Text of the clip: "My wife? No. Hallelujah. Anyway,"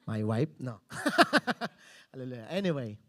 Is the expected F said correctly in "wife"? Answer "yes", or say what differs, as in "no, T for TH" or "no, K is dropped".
no, P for F